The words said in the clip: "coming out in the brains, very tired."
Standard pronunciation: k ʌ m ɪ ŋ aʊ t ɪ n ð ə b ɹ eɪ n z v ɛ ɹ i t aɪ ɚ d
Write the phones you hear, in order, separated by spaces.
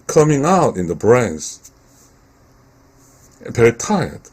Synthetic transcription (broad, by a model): k ʌ m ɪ ŋ aʊ t ɪ n ð ə b ɹ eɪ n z p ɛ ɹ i t aɪ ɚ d